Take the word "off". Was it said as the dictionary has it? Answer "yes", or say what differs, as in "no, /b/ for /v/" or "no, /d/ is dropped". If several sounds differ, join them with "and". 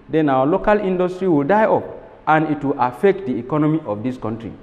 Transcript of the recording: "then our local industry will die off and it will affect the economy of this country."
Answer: no, /p/ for /f/